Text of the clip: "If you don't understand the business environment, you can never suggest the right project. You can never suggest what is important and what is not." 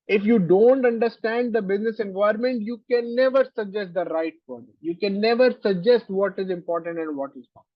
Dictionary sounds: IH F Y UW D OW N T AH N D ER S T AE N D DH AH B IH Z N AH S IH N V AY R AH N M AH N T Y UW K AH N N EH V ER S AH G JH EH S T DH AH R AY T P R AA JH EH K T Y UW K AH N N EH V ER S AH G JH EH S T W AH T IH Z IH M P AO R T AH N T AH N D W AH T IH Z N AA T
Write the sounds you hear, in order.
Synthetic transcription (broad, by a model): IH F Y UW D OW N T AH N D ER S T AE N D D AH B IH Z N AH S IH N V AY AH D M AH N T Y UW K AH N N EH V ER S AH G JH EH S T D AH R AY T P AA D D Y UW K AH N N EH V ER S AH G JH EH S T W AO T IH Z IH M P AO R T AH N T AH N D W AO T IH Z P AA